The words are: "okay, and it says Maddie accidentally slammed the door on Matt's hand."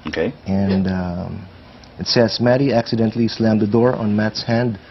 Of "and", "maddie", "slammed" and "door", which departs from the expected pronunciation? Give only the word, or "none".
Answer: none